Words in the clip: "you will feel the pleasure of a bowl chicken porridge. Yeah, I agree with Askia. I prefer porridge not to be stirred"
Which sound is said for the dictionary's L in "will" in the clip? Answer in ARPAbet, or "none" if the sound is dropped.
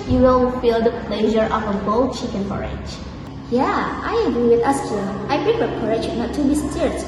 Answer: N